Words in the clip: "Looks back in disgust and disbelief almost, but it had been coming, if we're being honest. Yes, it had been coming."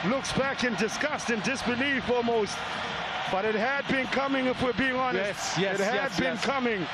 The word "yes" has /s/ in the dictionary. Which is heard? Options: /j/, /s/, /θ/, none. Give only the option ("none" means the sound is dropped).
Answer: none